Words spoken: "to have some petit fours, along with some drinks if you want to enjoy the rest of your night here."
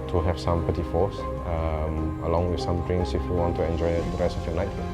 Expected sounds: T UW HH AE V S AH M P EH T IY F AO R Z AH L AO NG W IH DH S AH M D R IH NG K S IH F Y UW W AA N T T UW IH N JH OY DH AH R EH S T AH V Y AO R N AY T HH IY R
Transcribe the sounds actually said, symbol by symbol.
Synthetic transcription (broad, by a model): T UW HH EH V S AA M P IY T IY F AO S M AH L AO NG W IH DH S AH M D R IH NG S IH F Y UW W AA N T T UW IH N JH OY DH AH R EH S T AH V Y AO N AY T